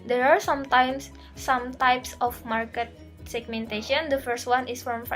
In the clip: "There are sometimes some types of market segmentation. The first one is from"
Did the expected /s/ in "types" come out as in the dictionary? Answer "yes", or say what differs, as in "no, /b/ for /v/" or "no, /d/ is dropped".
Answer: yes